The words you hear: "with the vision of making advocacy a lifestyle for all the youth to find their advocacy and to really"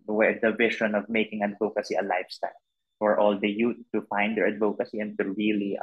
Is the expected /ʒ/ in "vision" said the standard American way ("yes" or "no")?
no